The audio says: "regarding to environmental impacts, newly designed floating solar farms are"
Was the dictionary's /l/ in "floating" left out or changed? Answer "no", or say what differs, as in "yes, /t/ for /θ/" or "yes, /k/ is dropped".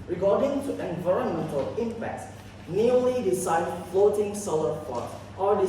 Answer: no